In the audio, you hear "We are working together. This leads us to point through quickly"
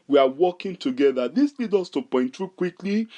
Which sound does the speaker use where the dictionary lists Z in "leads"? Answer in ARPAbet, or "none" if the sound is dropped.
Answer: none